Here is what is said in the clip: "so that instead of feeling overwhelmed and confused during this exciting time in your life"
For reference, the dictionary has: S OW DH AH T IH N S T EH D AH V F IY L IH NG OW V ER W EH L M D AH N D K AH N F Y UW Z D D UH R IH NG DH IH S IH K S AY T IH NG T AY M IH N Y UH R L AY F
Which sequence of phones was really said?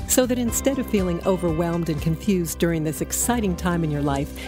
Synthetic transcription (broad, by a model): S OW DH AH T IH N S T EH D AH V F IY L IH NG OW V ER W EH L M D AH N K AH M F Y UW Z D D UH R IH NG DH IH S IH K S AY T IH NG T AY M IH N Y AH R L AY F